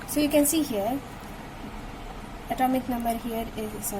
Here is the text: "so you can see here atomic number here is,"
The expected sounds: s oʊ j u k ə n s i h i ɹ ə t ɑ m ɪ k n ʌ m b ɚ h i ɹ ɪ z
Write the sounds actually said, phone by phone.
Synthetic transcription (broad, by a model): s oʊ j u k ə n s i h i ɹ ə t ɑ m ɪ k n ʌ m b ɚ h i ɹ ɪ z